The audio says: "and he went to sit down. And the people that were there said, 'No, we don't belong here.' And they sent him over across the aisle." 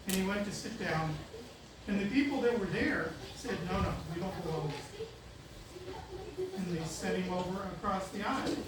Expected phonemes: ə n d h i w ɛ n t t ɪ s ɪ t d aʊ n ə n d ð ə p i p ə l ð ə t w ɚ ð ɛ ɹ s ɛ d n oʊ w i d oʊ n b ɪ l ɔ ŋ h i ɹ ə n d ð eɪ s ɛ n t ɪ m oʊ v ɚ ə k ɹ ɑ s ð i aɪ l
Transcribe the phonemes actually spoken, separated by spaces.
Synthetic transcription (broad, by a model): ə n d i w ɛ n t t ɪ s ɪ t d aʊ n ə n ð ə p i p l ð ə t w ɚ ð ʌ ɹ s ɛ d n oʊ w i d oʊ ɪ n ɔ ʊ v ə n ð eɪ s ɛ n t ɪ m oʊ v ɚ ə k ɹ ɑ s ð i aɪ